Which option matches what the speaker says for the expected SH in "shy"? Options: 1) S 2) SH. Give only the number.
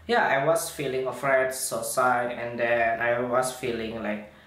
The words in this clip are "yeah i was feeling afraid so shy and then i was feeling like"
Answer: 1